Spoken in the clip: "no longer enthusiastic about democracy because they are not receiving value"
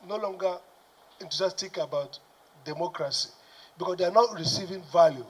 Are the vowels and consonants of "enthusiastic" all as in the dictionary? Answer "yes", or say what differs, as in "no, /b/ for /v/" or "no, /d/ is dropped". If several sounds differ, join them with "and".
no, /t/ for /θ/